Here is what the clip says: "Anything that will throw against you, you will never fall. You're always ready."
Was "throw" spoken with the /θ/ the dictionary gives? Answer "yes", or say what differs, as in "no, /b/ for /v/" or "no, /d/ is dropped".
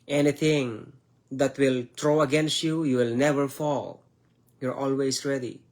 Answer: no, /t/ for /θ/